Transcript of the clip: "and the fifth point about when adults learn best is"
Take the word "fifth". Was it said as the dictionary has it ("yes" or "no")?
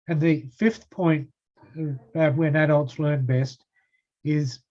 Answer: yes